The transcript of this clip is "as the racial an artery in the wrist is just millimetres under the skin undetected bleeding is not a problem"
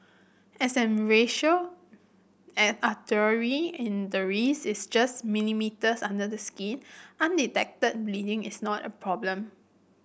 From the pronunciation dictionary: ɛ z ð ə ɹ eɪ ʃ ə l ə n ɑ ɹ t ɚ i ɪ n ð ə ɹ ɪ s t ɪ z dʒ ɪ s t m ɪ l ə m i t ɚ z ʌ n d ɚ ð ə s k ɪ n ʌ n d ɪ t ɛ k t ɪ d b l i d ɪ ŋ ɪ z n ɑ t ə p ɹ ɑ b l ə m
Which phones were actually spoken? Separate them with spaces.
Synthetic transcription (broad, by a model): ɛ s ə ɹ eɪ ʃ ə l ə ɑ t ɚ i ɪ n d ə ɹ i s ɪ s dʒ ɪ s m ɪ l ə m i t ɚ s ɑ n d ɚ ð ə s k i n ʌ n d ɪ t ɛ k t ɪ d b l i d ɪ ŋ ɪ s n ɑ t ə p ɹ ɑ b l ə m